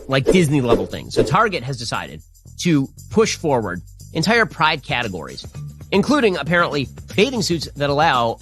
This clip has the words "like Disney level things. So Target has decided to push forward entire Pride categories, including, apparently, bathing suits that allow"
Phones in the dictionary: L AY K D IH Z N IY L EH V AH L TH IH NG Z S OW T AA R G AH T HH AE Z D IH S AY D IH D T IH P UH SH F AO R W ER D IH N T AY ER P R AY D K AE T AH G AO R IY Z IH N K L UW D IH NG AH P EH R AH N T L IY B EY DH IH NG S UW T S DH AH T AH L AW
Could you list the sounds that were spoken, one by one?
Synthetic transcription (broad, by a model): L AY K D IH Z N IY L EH V L TH IH NG Z S OW T AA R G AH T HH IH Z D IH S AY D IH D T IH P UH SH F AO R W ER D IH N T AY ER P R AY D K AE T AH G AO R IY Z IH N K L UW D IH NG AH P EH R AH N T L IY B EY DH IH NG S UW T S DH AH T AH L AW